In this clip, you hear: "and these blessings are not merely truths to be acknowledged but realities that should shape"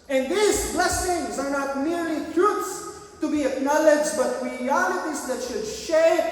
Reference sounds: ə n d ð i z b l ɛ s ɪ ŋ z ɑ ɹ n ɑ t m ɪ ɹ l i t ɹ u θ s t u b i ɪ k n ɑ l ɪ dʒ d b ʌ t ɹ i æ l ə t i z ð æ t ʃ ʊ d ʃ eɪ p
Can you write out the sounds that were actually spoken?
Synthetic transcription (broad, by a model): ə n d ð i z b l ɛ s ɪ ŋ z ɑ ɹ n ɑ t m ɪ ɹ l i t ɹ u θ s t u b i ɪ k n ɑ l ɪ dʒ d b ʌ t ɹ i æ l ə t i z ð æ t ʃ ʊ d ʃ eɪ